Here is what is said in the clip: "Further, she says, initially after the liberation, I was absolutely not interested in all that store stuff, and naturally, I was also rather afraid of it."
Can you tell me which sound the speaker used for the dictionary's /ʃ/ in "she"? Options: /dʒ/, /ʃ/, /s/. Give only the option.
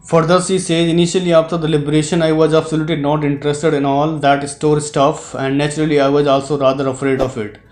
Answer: /s/